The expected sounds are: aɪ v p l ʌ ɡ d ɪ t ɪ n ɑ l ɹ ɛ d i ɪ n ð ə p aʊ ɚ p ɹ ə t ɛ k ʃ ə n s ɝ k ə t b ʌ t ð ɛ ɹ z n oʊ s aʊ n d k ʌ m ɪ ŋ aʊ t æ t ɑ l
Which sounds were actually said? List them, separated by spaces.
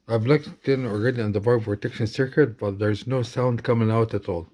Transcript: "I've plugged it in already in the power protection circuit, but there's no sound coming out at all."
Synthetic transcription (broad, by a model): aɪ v l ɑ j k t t ɪ n ɑ l ɹ ɛ d i ɪ n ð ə b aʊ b p ɹ ə t ɛ k ʃ ə n s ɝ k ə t b ʌ t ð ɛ ɹ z n oʊ s aʊ n d k ʌ m ɪ ŋ aʊ t æ t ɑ l